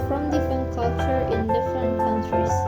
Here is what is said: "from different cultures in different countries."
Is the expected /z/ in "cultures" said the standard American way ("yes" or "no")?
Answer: no